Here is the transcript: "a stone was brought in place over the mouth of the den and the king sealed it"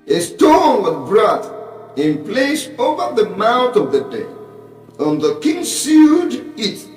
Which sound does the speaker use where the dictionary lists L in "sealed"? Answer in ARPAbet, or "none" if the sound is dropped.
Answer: none